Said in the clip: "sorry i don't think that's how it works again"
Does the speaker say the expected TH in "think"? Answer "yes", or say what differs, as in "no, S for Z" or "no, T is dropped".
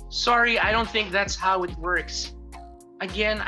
yes